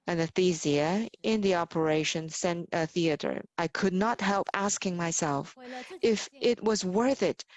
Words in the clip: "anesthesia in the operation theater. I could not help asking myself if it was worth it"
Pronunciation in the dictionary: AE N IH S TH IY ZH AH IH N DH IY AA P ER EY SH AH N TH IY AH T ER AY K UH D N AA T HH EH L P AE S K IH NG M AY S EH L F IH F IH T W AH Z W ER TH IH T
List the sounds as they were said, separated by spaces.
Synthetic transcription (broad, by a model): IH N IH TH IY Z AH IH N DH IY AA P ER EY SH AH N TH IY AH T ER AY K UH D N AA T HH EH L P AE S K IH NG M AY S EH L F IH F IH T W AH Z W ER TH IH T